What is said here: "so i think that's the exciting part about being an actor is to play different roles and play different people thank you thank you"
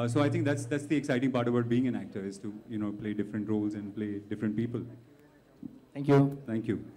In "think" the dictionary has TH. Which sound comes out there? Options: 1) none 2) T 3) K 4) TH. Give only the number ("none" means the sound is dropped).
2